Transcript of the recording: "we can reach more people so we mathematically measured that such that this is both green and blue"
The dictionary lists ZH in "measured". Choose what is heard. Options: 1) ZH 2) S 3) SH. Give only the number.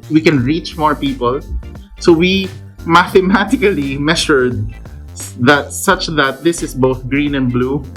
3